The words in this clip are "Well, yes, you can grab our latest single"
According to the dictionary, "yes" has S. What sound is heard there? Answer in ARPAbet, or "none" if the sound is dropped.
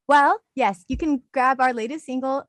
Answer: S